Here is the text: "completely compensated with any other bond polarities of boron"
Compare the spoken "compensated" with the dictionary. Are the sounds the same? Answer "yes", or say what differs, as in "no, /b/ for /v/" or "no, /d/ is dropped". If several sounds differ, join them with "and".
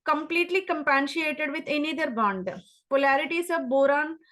no, /ʃ/ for /s/